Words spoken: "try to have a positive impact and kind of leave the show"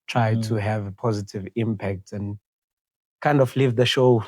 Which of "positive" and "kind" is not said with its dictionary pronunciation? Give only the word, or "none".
none